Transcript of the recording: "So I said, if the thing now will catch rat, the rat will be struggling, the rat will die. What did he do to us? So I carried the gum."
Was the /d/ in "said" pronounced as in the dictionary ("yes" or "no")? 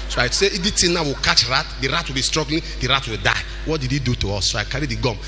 no